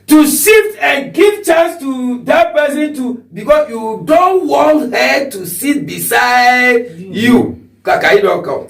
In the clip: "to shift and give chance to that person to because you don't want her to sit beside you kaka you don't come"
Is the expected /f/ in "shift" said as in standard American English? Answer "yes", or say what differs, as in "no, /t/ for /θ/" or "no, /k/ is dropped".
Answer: no, /f/ is dropped